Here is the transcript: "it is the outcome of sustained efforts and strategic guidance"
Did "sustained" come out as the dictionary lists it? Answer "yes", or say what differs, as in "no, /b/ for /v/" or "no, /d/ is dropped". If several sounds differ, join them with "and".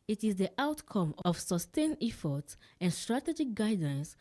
no, /d/ is dropped